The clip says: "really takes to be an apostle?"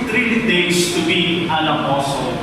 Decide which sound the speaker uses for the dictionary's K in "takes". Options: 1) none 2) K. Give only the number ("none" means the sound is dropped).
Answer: 1